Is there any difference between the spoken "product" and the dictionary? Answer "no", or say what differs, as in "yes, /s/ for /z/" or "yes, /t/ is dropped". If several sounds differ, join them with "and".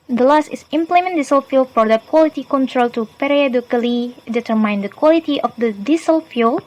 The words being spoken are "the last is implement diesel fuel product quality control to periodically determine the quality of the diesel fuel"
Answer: yes, /f/ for /p/